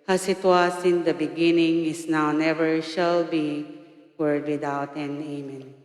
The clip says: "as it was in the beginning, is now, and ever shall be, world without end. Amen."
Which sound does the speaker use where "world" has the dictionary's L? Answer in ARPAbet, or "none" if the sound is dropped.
none